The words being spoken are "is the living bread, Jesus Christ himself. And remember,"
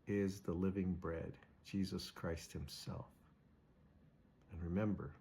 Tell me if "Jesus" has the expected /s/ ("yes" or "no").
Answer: yes